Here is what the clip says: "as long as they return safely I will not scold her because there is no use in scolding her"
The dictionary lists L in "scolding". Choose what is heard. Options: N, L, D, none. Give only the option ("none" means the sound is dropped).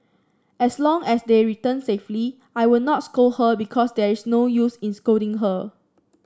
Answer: none